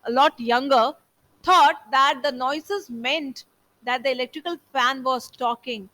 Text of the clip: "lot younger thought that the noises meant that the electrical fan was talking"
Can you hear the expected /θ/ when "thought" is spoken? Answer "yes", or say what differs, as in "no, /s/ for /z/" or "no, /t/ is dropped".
no, /t/ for /θ/